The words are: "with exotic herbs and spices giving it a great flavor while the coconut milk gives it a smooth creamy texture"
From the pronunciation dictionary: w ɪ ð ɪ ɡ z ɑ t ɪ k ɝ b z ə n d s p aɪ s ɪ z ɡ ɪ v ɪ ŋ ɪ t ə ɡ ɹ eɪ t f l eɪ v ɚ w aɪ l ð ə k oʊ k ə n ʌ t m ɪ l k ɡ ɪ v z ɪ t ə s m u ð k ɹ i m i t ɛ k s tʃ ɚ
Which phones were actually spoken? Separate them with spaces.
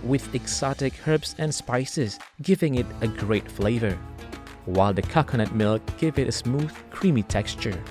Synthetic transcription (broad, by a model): w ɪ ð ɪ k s ɑ t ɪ k ɝ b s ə n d s p aɪ s ɪ z ɡ ɪ v ɪ ŋ ɪ t ə ɡ ɹ eɪ t f l eɪ v ɚ w aɪ l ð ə k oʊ k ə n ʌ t m ɪ l k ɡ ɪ v ɪ t ə s m u ð k ɹ i m i t ɛ k s tʃ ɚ